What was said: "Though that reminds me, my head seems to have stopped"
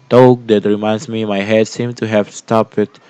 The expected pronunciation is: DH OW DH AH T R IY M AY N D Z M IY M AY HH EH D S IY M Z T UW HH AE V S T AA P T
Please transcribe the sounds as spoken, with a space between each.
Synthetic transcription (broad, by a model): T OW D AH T R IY M AY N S M IY M AY HH EH D S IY M T UW HH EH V S T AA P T